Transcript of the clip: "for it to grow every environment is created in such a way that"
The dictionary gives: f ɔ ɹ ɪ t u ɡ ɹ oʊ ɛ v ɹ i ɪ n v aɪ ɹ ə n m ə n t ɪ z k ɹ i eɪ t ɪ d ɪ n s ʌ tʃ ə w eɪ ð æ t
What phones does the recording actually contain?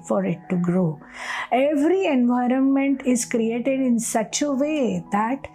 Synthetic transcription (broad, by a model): f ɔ ɹ ɪ t u ɡ ɹ oʊ ɛ v ɹ i ɪ n v aɪ ɹ ə n m ə n t ɪ z k ɹ i eɪ t ɪ d ɪ n s ʌ tʃ ə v eɪ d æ t